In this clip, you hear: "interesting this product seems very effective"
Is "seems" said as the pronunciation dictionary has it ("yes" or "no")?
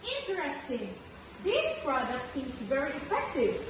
no